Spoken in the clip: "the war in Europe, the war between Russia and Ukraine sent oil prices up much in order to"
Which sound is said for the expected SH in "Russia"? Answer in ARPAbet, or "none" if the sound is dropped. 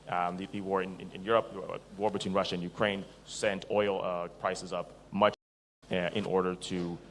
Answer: SH